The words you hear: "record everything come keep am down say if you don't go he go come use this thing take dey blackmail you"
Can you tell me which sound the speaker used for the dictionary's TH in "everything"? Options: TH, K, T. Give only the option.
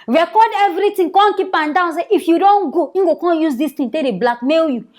T